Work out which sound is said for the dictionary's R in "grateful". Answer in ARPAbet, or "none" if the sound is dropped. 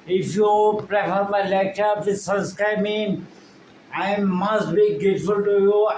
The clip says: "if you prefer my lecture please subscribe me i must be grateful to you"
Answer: none